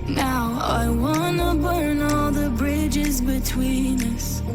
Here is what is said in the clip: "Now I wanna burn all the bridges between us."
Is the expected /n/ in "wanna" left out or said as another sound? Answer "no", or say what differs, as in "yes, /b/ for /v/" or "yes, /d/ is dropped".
no